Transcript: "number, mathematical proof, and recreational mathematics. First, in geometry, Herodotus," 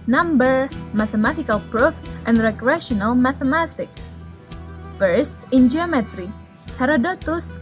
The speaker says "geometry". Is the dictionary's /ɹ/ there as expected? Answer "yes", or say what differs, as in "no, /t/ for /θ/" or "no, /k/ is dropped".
yes